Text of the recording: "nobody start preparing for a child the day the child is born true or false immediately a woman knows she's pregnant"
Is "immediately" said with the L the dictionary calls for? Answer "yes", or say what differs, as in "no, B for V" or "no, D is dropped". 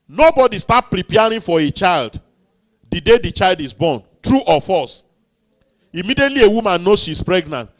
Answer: yes